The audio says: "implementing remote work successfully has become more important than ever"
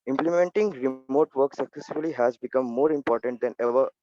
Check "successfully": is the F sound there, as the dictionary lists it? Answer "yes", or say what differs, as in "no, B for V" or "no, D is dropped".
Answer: no, F is dropped